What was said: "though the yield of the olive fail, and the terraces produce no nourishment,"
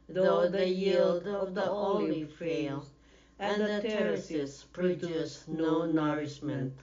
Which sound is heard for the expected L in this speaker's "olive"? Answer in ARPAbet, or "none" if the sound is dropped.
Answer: N